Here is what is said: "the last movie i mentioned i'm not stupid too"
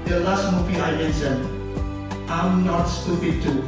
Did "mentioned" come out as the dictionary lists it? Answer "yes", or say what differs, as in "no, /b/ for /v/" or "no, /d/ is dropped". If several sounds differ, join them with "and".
no, /s/ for /ʃ/ and /d/ is dropped